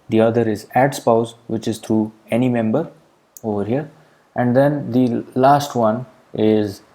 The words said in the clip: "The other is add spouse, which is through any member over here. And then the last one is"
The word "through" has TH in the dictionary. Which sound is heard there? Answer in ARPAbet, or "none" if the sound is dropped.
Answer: T